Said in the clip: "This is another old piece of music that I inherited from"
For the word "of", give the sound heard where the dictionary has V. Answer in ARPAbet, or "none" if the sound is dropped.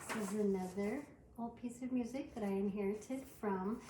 V